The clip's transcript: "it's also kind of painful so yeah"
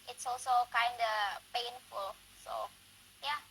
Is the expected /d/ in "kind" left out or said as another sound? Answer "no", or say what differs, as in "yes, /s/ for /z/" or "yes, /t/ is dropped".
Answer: no